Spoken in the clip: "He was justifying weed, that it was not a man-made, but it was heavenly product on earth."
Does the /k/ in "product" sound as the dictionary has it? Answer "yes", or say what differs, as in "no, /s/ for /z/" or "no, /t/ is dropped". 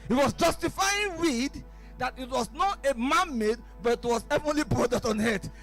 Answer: no, /k/ is dropped